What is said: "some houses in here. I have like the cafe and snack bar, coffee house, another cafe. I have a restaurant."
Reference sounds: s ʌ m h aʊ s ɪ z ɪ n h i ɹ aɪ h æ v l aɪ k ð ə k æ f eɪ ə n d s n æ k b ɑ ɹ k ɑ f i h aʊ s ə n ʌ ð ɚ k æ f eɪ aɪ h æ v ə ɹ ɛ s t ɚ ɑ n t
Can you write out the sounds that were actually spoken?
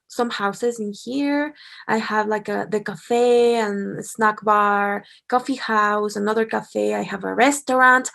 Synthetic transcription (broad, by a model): s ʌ m h aʊ s ɪ z ɪ n h i ɹ aɪ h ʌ v l aɪ k ð ə k æ f eɪ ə n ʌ s n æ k b ɑ ɹ k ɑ f i h aʊ s ə n ʌ ð ɚ k æ f eɪ aɪ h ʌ v ə ɹ ɛ s t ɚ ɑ n t